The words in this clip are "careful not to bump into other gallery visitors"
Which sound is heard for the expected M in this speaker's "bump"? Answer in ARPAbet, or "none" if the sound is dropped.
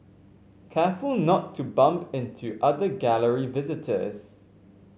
M